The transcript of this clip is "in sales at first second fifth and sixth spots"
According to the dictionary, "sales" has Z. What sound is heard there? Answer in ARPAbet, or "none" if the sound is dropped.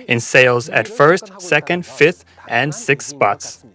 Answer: Z